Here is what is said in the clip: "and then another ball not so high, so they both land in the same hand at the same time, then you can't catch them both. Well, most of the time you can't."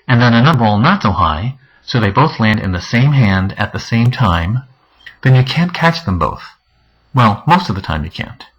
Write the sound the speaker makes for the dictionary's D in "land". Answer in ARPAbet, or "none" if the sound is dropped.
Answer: D